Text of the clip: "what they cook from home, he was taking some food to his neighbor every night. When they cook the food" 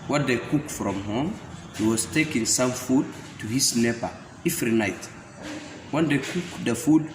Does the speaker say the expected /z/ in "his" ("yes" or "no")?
no